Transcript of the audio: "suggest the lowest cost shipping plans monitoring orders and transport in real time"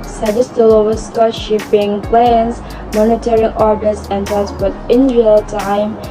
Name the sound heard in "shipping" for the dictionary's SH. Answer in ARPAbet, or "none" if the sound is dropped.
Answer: SH